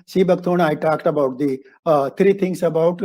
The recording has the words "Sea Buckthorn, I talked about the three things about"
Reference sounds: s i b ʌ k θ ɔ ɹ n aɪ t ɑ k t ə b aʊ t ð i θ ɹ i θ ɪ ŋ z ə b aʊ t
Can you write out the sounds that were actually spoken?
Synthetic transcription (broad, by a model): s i b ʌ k t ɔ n aɪ t ɑ k t ə b aʊ t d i t ɹ i t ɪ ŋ s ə b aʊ t